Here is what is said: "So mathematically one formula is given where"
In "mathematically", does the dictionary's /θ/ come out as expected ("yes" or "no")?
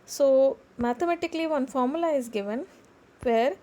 no